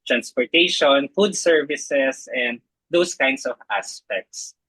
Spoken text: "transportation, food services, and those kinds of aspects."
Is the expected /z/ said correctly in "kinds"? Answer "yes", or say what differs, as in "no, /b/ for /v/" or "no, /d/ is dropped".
no, /s/ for /z/